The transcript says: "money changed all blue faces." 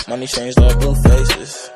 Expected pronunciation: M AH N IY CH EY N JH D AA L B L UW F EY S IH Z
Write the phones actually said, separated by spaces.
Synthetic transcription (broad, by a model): M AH N IY CH EY N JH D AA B UW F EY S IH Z